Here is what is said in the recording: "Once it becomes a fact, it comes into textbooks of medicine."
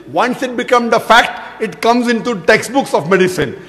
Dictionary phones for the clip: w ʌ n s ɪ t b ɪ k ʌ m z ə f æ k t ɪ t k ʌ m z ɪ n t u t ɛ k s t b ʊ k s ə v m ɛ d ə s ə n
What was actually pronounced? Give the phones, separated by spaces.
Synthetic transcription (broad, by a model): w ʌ n s ɪ t b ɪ k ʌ m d ə f æ k t ɪ t k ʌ m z ɪ n t u t ɛ k s t b ʊ k s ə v m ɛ d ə s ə n